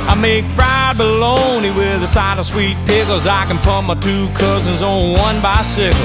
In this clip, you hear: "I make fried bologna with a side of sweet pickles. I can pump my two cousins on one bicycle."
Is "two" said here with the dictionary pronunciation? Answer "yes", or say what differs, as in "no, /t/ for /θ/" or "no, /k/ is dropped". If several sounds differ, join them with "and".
yes